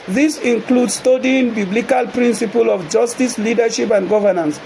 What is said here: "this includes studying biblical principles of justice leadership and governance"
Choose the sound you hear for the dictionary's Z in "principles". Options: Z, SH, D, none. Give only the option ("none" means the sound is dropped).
none